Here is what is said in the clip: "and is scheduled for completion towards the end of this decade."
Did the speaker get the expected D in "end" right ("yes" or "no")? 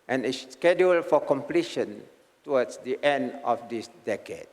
yes